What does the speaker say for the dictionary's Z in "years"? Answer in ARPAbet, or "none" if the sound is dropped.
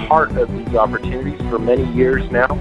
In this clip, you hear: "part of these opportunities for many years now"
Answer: Z